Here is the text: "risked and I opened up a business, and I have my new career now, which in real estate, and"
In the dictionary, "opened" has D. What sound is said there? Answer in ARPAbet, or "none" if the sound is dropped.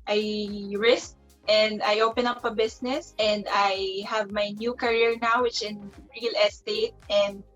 none